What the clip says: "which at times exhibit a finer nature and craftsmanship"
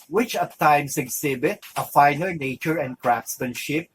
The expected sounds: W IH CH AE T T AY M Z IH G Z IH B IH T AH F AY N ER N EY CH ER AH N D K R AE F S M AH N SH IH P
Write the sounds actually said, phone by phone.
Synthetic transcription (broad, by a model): W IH CH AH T T AY M S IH G S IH B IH T AH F AY N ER N EY CH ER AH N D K R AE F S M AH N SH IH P